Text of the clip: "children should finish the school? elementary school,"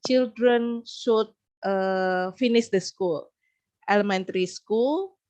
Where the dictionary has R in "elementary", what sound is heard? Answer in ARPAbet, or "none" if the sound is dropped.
R